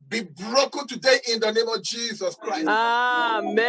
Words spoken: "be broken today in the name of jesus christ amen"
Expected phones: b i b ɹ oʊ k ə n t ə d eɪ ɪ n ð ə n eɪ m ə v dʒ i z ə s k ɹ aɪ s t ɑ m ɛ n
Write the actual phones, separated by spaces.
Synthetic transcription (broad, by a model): b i b ɹ oʊ k ə n t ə d eɪ ɪ n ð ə n eɪ m ə v dʒ i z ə s k ɹ aɪ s ɑ m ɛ